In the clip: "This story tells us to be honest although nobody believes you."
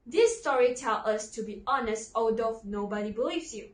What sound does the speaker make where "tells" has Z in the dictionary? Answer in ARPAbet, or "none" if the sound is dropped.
none